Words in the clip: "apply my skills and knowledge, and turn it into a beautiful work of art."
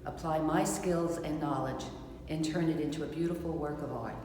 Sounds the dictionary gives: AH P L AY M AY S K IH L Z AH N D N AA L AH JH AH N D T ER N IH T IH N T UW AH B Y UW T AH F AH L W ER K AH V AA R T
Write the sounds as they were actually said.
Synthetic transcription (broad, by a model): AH P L AY M AY S K IH L Z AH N N AA L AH JH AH N T ER N IH T IH N T UW AH B Y UW T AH F L W ER K AH V AA R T